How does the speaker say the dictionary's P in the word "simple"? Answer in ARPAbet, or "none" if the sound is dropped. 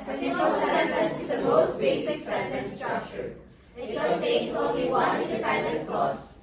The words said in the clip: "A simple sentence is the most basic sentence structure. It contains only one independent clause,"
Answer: none